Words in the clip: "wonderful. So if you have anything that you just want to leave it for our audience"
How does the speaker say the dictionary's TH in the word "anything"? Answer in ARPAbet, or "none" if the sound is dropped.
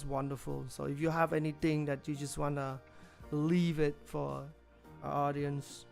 T